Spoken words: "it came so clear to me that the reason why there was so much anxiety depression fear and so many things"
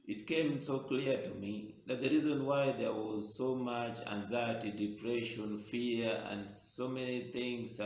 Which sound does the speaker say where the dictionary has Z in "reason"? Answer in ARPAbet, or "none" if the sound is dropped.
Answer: Z